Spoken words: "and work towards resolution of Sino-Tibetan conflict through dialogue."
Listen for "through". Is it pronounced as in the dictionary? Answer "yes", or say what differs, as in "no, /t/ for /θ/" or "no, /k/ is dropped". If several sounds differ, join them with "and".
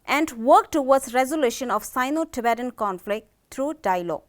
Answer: no, /t/ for /θ/